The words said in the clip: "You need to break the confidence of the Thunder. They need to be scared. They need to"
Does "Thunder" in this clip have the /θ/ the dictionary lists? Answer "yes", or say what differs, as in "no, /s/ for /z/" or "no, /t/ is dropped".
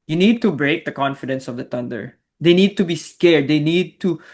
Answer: no, /t/ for /θ/